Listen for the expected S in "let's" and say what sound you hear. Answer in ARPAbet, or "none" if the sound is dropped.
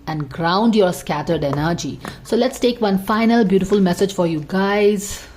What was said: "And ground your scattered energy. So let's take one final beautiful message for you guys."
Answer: S